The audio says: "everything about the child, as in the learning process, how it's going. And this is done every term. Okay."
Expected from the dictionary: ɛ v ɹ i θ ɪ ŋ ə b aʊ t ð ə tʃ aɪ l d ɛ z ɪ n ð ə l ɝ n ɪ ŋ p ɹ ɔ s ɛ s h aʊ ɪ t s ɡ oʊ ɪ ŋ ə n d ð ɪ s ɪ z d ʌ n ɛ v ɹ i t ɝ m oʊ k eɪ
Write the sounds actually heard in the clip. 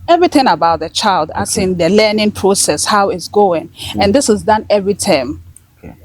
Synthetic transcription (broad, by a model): ɛ v ɹ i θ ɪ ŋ ə b aʊ t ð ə tʃ aɪ l d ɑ s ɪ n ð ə l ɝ n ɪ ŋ p ɹ ɔ s ɛ s h aʊ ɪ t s ɡ oʊ ɪ ŋ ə n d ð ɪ s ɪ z d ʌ n ɛ v ɹ i t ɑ ɪ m